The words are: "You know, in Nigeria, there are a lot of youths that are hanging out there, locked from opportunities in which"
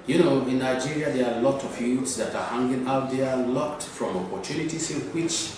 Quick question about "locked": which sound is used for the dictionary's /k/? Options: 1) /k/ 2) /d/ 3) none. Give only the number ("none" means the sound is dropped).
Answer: 3